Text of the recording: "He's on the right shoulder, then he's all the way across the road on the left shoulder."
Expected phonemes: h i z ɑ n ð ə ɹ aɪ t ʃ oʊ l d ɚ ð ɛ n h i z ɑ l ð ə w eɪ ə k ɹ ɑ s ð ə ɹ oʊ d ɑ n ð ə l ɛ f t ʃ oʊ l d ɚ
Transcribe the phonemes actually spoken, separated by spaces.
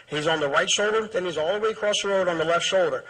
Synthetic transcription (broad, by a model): h i z n ð ə ɹ aɪ t ʃ oʊ l d ɚ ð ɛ n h i z ɑ l ð ə w eɪ ə k ɹ ɑ s ð ə ɹ oʊ d n ð ə l ɛ f t ʃ oʊ l d ɚ